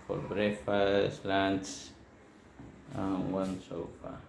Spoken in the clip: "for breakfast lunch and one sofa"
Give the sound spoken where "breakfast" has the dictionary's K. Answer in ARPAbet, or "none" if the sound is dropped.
none